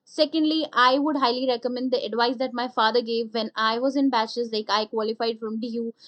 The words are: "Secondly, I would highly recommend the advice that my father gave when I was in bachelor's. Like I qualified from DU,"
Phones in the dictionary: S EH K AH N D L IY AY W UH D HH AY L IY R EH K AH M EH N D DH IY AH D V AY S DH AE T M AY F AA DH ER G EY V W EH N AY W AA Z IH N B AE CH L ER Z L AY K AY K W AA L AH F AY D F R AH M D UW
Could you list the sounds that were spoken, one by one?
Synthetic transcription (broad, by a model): S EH K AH N D L IY AY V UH D HH AY L IY R EH K AH M EH N D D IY AH D V AY S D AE T M AY F AA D ER G EY V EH N AY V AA Z IH N B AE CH ER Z L AY K AY K W AA L AH F AY D F R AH M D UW